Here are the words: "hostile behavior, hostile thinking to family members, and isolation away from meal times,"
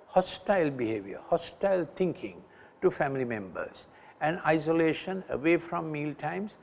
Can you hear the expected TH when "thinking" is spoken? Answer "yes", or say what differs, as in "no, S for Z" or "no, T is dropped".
no, T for TH